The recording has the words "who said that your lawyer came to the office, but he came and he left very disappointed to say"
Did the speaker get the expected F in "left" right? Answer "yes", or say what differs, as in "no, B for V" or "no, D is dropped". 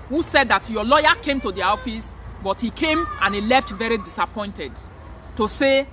yes